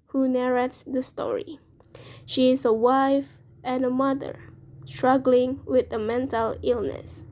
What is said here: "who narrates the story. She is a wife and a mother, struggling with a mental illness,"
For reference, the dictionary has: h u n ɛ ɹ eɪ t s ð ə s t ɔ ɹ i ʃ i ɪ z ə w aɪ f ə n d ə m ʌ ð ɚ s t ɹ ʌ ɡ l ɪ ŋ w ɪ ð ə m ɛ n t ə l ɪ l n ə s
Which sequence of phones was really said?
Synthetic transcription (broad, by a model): h u n ɛ ɹ eɪ t s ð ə s t ɔ ɹ i ʃ i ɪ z ə w aɪ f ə n ə m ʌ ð ɚ s t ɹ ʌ ɡ l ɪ ŋ w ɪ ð ə m ɛ n t ə l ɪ l n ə s